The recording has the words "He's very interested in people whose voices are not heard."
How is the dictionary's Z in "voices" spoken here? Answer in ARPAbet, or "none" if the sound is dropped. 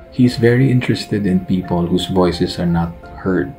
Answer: S